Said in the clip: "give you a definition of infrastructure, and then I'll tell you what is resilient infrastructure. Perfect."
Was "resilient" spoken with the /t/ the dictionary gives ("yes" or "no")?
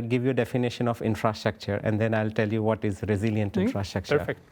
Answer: yes